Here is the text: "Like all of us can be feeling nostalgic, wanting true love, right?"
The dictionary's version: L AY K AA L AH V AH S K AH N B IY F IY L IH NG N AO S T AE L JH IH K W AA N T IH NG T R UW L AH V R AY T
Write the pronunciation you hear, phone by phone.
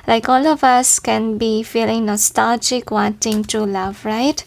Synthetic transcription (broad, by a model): L AY K AA L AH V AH S K AH N B IY F IY L IH NG N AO S T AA L JH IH K W AA N T IH NG T UW L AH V R AY T